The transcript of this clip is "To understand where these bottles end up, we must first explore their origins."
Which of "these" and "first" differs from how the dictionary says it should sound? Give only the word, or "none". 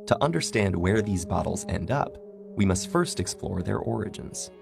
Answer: none